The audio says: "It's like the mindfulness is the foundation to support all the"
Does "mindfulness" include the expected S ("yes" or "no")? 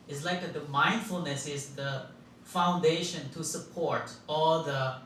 yes